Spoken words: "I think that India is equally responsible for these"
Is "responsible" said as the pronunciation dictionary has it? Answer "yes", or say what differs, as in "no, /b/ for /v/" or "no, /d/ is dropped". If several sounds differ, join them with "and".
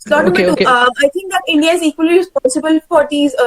no, /n/ is dropped